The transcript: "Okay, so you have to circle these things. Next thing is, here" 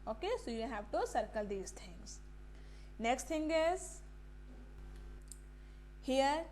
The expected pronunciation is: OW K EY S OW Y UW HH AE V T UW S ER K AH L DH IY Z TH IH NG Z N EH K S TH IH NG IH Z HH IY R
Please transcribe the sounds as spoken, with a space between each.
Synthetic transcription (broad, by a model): OW K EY S OW Y UW HH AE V T UW S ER K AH L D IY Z T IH NG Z N EH K S T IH NG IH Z HH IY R